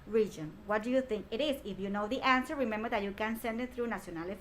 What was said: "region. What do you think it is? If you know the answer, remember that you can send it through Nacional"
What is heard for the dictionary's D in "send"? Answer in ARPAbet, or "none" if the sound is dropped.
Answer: D